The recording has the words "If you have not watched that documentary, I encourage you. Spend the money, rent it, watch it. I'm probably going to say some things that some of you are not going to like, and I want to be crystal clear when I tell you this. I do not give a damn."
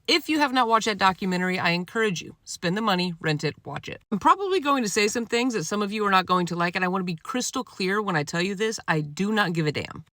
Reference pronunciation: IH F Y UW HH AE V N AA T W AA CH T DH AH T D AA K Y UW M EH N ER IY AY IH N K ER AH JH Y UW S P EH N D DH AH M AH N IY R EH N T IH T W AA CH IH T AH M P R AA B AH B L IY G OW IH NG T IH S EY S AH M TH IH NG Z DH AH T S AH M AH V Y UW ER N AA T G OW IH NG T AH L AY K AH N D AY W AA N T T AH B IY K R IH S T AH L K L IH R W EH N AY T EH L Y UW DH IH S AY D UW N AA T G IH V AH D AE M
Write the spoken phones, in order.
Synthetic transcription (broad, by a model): IH F Y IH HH V N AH T W AA CH DH AH T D AA K Y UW M EH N ER IY AY IH N K ER AH JH Y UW S P EH N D DH AH M AH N IY R EH N T IH T W AA CH IH T AH M P R AA B AH B L IY G OW IH NG T IH S EY S AH M TH IH NG Z DH AH T S AH M AH V Y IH ER N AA T G OW IH NG T AH L AY K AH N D AY W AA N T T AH B IY K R IH S T L K L IH R W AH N AY T EH L Y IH DH IH S AY D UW N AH T G IH V AH D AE M